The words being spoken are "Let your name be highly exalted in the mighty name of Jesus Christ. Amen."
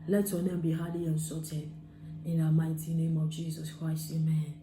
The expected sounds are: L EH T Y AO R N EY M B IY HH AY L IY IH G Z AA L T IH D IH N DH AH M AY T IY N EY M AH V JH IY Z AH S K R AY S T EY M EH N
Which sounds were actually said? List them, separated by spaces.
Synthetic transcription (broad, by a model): L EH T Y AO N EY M B IY HH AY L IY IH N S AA T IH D IH N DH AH M AY T IY N EY M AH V JH IY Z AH S K R AY S T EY M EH N